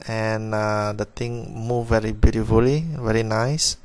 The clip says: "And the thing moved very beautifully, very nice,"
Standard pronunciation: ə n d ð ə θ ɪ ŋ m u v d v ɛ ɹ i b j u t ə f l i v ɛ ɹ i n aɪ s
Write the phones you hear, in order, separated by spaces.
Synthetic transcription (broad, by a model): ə n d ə t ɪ ŋ m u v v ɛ ɹ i b j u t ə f l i v ɛ ɹ i n aɪ s